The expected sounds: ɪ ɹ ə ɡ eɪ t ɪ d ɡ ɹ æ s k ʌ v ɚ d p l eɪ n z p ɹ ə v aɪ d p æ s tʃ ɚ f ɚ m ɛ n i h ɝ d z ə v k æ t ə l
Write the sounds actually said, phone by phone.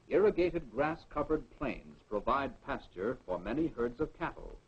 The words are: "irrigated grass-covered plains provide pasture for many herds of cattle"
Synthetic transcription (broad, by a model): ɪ ɹ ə ɡ eɪ t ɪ d ɡ ɹ æ s k ʌ v ɚ d p l eɪ n z p ɹ ə v aɪ d p æ s tʃ ɚ f ɚ m ɛ n i h ɝ d z ə v k æ t l